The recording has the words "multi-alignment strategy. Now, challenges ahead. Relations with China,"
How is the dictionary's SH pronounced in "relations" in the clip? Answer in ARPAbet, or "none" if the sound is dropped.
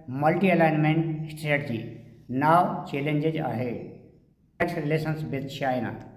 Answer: S